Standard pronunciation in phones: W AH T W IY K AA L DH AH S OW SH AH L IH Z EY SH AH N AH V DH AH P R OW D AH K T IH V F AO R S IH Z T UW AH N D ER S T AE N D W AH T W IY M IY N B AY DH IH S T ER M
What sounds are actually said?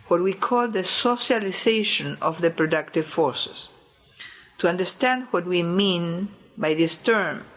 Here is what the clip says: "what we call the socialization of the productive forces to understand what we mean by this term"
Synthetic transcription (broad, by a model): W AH T W IY K AA L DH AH S OW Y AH L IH S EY SH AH N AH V DH AH P R OW D AH K T IH V F AO R S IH S T UW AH N D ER S T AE N D W AH T W IY M IY N B AY DH IH S T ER M